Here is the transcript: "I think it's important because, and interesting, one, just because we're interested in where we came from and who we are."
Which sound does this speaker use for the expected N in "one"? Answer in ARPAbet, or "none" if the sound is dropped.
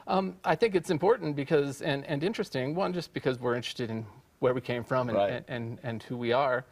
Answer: L